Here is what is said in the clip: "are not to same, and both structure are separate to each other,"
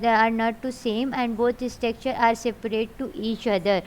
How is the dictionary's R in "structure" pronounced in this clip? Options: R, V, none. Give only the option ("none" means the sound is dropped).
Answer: none